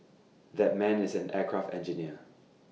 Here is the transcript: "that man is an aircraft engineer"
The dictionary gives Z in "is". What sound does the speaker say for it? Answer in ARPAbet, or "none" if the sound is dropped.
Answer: Z